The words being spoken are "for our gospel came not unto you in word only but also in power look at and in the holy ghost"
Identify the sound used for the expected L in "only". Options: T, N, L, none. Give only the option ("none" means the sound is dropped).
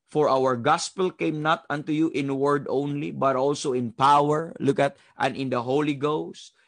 L